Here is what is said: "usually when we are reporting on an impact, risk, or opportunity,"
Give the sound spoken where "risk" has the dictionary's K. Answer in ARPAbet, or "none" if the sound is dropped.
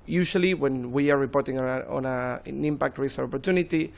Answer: none